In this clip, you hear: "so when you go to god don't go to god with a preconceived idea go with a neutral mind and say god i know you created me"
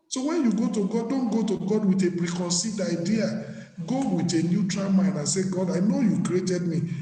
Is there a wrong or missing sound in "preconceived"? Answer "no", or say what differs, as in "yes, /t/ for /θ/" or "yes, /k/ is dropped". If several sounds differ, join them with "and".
yes, /v/ is dropped